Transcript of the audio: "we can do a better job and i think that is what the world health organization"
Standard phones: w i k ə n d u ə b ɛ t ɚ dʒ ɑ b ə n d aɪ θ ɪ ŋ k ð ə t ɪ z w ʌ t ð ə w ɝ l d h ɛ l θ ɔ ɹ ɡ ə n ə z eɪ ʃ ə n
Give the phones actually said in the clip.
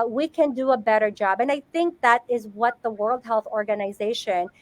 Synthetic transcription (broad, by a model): w i k ə n d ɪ ə b ɛ t ɚ dʒ ɑ b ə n aɪ θ ɪ ŋ k ð ə t ɪ z w ʌ t ð ə w ɝ l d h ɛ l θ ɔ ɹ ɡ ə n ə z eɪ ʃ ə n